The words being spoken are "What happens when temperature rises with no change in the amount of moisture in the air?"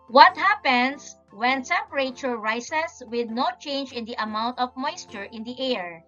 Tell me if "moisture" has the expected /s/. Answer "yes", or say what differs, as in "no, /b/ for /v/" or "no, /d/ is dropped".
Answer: yes